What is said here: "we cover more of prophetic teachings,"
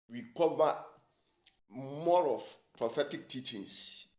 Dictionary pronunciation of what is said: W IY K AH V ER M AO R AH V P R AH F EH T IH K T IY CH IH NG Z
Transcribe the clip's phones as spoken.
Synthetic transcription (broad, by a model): W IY K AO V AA M AO R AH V P R AH F EH T IH K T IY CH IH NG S